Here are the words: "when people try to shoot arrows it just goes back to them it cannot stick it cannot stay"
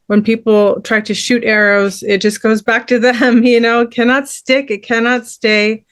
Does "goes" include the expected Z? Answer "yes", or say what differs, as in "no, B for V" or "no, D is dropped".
yes